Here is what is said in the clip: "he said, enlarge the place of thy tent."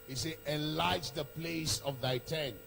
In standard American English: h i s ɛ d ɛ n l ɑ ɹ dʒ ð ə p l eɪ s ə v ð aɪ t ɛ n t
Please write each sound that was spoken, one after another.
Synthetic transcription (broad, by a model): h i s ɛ ɛ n l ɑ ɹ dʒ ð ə p l eɪ s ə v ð aɪ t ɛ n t